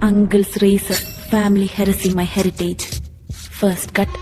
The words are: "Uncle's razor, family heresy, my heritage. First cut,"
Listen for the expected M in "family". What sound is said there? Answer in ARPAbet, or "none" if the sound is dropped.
M